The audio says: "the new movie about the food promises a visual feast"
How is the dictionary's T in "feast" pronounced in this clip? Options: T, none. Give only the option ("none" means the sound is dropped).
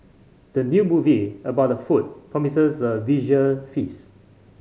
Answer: none